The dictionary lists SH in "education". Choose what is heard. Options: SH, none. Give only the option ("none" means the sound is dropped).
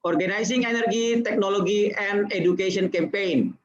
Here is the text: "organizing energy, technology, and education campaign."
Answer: none